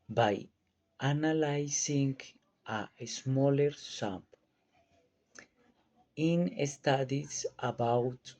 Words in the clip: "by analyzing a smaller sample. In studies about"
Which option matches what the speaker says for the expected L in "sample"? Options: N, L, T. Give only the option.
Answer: N